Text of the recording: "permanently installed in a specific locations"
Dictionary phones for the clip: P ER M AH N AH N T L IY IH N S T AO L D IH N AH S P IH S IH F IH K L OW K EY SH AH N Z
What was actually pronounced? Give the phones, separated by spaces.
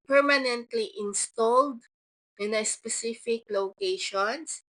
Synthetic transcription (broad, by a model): P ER M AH N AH N T L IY IH N S T AO L D IH N AH S P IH S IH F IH K L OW K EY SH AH N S